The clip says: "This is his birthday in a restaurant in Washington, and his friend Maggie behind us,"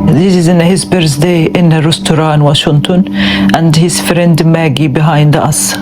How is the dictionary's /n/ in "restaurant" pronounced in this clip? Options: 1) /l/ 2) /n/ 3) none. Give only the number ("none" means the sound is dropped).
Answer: 3